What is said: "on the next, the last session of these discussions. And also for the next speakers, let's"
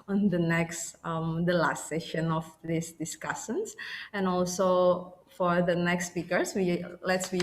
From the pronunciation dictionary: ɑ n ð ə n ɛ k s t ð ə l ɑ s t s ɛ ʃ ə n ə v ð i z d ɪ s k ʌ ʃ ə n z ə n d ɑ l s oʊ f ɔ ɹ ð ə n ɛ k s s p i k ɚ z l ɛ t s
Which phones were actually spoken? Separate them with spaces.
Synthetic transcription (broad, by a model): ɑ n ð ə n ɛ k s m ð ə l ɑ s t s ɛ ʃ ə n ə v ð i s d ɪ s k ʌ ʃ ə n s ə n ɑ l s oʊ f ɔ ɹ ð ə n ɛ k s s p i k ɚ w l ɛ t s